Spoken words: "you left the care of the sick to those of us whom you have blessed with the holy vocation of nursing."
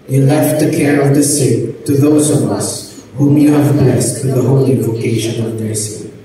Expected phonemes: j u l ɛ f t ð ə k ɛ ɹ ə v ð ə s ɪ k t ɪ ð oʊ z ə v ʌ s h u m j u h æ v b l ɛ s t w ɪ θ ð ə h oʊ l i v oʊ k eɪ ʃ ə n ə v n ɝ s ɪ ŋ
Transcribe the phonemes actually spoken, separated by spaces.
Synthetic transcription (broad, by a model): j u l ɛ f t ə k ɛ ɹ ə v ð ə s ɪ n t ɪ ð oʊ z ə v ʌ s h u m j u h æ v b l ɛ s t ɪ ð ə h oʊ l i v oʊ k eɪ ʃ ə n ə v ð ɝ s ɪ